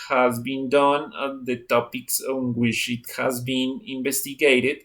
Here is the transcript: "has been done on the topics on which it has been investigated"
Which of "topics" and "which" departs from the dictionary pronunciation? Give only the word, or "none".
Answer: which